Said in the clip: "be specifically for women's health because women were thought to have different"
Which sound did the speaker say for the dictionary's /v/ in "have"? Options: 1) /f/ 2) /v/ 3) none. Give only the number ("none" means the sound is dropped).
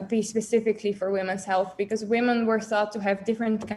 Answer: 2